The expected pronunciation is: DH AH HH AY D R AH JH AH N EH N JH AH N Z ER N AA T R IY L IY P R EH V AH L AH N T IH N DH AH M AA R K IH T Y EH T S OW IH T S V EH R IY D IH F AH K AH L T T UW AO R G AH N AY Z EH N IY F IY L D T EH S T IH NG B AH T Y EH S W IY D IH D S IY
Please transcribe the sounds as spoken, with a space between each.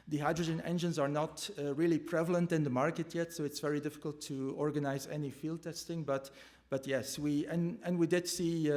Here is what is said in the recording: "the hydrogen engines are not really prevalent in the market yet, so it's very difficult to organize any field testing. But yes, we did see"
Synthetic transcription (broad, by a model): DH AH HH AY D R AH JH AH N EH N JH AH N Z ER N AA T R IY L IY P R EH V AH L AH N T IH N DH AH M AA R K IH T Y EH T S OW IH T S V EH R IY D IH F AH K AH L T T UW AO R G AH N AY Z EH N IY F IY L D T EH S T IH NG B AH T Y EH S W IY D IH D S IY